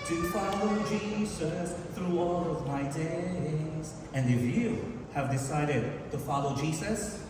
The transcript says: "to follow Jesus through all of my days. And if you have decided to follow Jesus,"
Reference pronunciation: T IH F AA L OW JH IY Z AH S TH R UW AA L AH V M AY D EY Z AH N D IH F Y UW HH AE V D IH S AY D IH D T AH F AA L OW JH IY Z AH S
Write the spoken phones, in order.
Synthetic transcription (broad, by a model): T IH F AA L OW JH IY Z AH S TH R UW AA L AH V M AY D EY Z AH N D IH F Y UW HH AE V D IH S AY D IH D T AH F AA L OW JH IY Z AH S